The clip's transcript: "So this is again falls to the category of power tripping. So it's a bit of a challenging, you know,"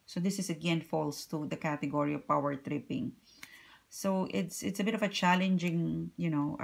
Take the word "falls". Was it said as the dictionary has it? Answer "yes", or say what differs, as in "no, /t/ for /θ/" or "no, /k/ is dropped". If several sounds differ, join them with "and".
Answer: no, /s/ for /z/